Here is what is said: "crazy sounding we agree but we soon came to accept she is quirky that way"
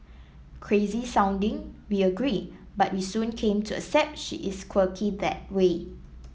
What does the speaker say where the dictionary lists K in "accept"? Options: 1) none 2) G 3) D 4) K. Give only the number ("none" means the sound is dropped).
1